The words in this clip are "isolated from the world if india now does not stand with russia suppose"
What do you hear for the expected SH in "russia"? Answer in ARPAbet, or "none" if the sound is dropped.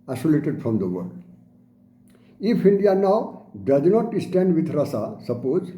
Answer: S